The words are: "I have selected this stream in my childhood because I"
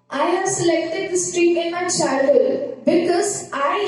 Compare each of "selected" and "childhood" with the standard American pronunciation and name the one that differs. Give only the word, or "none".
childhood